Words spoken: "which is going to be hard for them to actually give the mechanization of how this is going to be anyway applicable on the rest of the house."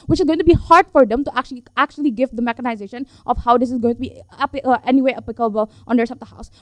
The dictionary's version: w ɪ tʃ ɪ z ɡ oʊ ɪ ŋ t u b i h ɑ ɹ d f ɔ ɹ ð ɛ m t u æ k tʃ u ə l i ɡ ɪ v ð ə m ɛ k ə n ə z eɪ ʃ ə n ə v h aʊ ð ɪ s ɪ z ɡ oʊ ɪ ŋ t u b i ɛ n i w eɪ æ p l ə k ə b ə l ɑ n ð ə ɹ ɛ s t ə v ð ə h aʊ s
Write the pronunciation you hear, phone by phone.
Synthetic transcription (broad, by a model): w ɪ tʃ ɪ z ɡ oʊ ɪ ŋ t u b i h ɑ ɹ d f ɔ ɹ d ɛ m t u æ k tʃ u ə l i ɡ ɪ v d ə m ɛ k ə n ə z eɪ ʃ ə n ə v h aʊ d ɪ s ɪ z ɡ oʊ ɪ ŋ t u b i ɛ n i w eɪ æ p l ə k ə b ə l ɑ n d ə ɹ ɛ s ə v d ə h aʊ s